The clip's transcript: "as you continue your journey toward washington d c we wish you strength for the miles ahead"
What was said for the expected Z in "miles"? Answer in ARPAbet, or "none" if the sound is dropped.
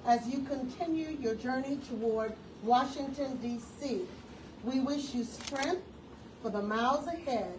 Z